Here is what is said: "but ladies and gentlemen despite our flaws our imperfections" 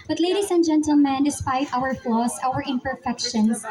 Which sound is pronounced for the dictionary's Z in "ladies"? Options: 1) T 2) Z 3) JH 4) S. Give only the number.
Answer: 4